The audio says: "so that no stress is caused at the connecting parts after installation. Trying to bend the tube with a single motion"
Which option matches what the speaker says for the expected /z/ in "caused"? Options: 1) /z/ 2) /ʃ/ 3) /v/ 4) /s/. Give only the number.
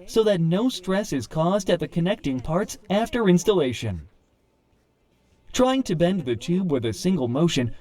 1